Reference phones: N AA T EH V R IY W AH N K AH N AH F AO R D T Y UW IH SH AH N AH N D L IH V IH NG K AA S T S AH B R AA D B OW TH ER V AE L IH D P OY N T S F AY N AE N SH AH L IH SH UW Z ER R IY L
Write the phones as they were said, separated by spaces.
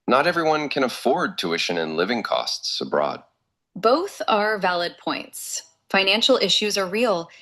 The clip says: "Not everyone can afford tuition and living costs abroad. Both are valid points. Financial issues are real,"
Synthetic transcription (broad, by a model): N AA T EH V R IY W AH N K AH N AH F AO R D T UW IH SH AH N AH N L IH V IH NG K AA S T S AH B R AA D B OW TH ER V AE L IH D P OY N T S F AY N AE N SH L IH SH UW Z ER R IY L